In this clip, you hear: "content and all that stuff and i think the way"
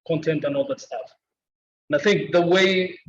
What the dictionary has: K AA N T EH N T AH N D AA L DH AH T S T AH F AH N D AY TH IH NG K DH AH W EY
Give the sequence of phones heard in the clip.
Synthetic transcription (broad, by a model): K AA N T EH N T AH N AA L DH AH T S T AH F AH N AY TH IH NG K DH AH W EY